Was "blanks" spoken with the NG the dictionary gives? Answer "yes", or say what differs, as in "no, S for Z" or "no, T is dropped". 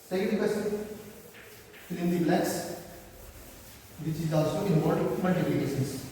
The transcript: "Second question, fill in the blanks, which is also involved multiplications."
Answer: no, NG is dropped